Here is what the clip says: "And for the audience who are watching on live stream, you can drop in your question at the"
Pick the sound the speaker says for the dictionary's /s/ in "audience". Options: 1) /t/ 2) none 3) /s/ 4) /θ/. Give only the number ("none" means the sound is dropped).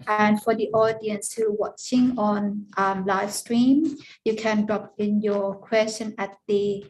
3